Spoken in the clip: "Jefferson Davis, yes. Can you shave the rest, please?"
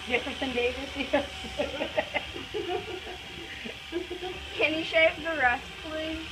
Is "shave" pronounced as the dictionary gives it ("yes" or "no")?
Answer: no